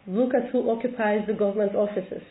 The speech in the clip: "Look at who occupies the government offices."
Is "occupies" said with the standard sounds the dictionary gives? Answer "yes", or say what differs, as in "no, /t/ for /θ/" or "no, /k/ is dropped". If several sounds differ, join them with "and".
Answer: yes